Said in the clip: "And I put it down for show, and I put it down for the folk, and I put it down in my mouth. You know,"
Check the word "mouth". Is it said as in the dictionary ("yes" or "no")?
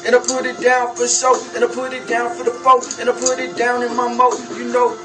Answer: no